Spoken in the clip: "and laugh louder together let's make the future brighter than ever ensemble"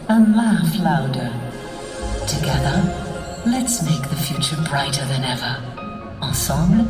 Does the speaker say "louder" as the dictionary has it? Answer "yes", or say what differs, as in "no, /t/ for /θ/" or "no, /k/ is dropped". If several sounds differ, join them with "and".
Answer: yes